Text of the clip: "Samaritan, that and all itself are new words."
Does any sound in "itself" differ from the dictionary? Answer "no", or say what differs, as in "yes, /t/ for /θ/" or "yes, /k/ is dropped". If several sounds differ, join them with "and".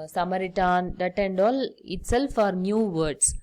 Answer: no